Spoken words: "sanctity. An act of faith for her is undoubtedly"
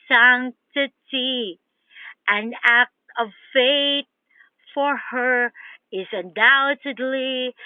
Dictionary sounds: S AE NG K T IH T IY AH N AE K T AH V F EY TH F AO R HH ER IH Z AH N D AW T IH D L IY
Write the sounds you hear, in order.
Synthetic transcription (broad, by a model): S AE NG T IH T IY AH N AE K T AH V F EY T F AO R HH ER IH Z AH N D AW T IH D L IY